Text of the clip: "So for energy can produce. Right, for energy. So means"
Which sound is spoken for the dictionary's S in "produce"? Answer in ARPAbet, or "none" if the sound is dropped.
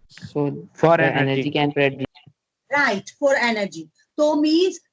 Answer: none